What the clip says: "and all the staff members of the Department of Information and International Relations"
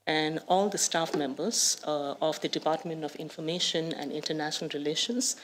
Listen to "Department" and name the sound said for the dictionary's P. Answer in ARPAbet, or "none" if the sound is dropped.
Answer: P